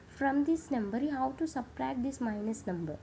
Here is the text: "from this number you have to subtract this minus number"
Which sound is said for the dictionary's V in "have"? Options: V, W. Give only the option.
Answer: W